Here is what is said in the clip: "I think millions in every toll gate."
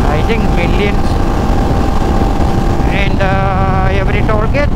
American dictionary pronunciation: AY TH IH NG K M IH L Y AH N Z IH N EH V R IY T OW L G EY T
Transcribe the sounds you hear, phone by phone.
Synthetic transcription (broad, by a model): AY T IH NG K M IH L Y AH N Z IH N EH V R IY T OW L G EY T